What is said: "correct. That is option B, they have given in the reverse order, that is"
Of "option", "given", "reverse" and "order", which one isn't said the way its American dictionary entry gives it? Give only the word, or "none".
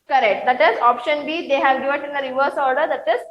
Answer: given